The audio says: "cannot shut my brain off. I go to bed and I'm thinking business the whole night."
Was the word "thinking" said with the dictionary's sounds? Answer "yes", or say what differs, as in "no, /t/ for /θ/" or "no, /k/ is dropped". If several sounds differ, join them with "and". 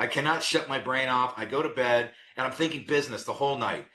yes